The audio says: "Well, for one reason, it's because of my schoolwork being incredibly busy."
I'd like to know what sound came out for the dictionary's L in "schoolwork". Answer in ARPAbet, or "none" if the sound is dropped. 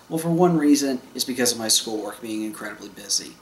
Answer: L